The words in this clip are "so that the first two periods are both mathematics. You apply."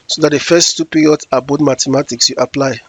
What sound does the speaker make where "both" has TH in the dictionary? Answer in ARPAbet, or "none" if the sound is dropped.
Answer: T